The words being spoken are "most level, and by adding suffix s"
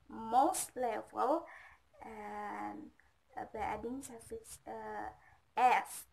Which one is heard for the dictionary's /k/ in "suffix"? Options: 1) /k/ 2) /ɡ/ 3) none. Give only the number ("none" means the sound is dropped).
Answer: 3